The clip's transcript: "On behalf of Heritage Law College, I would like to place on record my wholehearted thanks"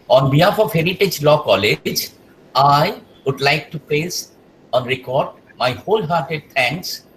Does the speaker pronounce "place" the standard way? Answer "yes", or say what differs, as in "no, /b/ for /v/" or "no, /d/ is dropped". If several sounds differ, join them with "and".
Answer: no, /l/ is dropped